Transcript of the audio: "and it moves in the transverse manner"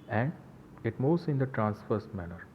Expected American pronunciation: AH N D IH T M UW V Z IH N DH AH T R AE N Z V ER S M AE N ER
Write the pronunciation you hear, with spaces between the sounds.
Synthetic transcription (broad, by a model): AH N D IH T M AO Z IH N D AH T R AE N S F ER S M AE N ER